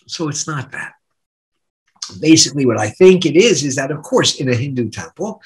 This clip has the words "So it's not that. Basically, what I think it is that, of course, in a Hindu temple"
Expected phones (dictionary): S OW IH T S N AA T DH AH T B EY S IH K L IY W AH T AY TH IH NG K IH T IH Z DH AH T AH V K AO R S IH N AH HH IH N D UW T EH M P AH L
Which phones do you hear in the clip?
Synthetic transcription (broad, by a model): S OW IH T S N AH T DH AH T B EY S IH K L IY W AH T AY TH IH NG K IH T IH Z DH AH T AH V K AO R S IH N AH HH IH N D UW T EH M P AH L